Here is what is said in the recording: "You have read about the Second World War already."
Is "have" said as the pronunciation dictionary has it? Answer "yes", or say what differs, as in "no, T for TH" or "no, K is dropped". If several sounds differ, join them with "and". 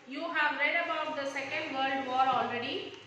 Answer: yes